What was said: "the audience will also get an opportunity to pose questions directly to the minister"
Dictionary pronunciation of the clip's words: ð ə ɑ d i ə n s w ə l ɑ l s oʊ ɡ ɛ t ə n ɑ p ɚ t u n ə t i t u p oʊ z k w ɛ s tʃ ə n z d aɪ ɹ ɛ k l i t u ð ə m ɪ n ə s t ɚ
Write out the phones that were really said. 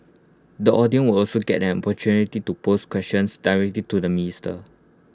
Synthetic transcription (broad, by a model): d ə ɑ d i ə n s w ə l ɑ l s oʊ ɡ ɛ t ə n ɑ p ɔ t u n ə t i t u p oʊ s k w ɛ s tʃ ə n s d aɪ ɹ ɛ k l i t u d ə m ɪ n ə s t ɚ